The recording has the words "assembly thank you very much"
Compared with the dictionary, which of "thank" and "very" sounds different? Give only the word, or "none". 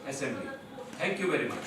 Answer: thank